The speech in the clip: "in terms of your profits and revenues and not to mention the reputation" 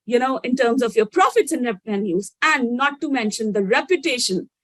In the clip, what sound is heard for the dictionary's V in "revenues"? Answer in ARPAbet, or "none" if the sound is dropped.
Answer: P